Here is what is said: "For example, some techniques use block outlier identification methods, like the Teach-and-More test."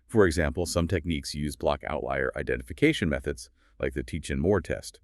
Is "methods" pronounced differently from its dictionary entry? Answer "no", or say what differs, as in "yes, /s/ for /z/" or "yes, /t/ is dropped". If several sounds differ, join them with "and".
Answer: no